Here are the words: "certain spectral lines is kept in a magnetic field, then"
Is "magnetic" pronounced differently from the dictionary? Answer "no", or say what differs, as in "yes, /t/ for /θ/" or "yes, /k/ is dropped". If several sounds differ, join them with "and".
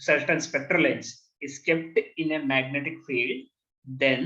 no